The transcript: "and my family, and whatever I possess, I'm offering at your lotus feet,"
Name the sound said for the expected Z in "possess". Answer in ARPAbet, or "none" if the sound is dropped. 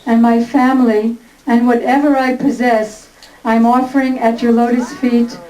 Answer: Z